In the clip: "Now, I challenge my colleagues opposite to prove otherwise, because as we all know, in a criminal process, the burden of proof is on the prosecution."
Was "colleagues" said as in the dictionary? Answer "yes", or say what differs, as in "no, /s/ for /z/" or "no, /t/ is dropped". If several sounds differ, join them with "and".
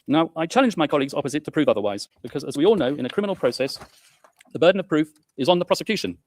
yes